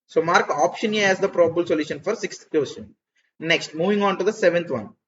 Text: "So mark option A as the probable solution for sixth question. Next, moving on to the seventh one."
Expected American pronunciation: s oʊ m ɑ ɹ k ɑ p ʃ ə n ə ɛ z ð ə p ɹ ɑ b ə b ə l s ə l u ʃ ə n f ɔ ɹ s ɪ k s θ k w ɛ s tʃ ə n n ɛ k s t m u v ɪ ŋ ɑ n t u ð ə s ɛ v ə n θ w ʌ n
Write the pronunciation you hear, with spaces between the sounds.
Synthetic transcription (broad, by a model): s oʊ m ɑ ɹ k ɑ p ʃ ə n ə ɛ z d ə p ɹ ɑ b ə b ə l s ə l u ʃ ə n f ɔ ɹ s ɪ k s t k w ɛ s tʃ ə n n ɛ k s t m u v ɪ ŋ ɑ n t u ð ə s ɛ v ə n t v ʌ n